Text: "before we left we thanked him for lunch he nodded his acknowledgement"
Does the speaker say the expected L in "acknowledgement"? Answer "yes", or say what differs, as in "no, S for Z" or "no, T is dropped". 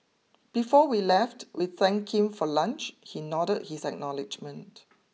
yes